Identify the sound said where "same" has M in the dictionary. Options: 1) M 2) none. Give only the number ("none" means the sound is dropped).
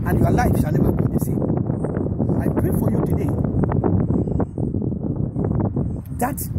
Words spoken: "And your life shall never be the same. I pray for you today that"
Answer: 2